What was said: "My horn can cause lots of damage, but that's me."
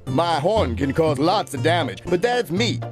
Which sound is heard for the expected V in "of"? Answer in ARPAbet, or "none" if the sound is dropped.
V